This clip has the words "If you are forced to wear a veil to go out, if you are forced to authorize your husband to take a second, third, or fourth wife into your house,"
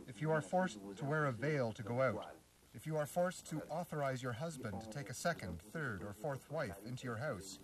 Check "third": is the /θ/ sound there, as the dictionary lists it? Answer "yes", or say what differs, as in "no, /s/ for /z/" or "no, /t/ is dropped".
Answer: yes